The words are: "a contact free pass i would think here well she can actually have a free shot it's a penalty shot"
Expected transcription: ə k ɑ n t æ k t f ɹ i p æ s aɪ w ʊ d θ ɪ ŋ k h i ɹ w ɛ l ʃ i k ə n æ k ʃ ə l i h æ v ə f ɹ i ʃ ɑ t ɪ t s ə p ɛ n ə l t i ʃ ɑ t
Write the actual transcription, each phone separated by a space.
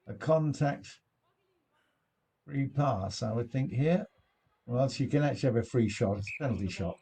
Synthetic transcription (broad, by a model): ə k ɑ n t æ k t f ɹ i p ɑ s aɪ w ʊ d θ ɪ ŋ k h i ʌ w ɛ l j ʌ k ə n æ k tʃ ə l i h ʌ v ə f ɹ i ʃ ɑ t ɪ t s ə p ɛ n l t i ʃ ɑ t